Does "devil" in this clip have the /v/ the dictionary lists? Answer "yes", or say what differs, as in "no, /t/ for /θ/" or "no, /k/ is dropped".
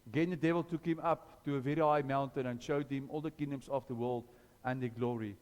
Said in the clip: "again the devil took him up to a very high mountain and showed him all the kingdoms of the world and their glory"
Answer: yes